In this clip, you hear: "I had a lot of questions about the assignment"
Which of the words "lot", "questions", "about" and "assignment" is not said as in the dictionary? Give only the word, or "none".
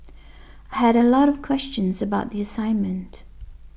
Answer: none